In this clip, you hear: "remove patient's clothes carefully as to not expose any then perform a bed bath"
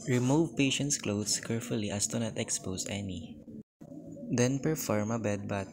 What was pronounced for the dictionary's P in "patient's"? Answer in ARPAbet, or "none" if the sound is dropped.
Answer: P